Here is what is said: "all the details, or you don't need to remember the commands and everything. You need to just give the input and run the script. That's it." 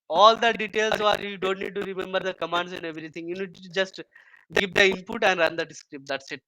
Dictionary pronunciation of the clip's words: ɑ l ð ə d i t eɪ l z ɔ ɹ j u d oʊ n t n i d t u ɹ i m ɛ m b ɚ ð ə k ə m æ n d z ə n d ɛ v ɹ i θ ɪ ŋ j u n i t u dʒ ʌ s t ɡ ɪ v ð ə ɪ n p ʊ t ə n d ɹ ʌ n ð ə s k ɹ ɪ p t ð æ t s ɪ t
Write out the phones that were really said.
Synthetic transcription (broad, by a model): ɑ l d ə d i t eɪ l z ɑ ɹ j u d oʊ n t n i d t u ɹ i m ɛ m b ɚ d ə k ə m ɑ n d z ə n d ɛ v ɹ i t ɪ ŋ j u n i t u dʒ ʌ s t ɡ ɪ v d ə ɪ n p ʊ t ə n d ɹ ʌ n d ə s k ɹ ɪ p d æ t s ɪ t